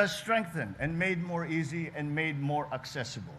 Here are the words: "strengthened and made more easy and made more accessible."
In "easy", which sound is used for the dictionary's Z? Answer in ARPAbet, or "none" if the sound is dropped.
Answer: Z